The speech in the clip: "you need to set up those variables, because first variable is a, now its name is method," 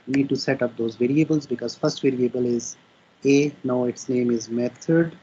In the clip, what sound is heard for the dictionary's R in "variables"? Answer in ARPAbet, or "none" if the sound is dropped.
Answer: R